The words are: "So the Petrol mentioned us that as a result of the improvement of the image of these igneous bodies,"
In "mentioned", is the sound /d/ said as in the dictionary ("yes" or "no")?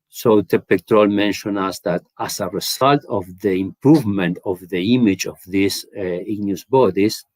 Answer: no